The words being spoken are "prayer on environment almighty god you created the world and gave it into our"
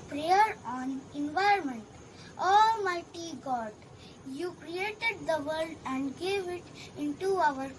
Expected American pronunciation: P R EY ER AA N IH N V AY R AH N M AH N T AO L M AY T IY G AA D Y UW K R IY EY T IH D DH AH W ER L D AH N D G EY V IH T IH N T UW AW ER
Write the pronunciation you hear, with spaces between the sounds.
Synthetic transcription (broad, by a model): P R EY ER AA N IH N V AY AH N M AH N T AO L M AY T IY G AA D Y UW K R IY EY T IH D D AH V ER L D AH N D G EY V IH T IH N T UW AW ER